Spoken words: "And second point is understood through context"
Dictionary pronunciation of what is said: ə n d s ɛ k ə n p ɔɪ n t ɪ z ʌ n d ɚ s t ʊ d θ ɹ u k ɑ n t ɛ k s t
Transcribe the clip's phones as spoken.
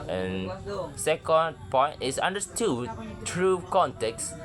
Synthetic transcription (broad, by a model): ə n s ɛ k ə n p ɔɪ n ɪ s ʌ n d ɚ s t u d t ɹ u k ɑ n t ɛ k s